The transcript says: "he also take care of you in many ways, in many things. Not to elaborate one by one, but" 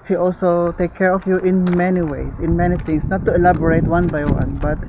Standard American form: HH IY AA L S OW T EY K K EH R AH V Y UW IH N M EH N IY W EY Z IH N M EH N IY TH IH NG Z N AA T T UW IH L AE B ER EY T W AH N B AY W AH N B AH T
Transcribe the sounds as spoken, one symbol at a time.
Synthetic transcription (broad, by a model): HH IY AA L S OW T EY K K EH R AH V Y UW IH N M EH N IY W EY S IH N M EH N IY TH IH NG S N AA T T UW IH L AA B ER EY T W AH N B AY W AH N B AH T